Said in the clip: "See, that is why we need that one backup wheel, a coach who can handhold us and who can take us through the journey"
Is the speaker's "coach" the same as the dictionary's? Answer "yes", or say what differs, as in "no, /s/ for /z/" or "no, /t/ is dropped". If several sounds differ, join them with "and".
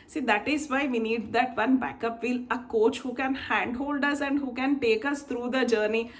yes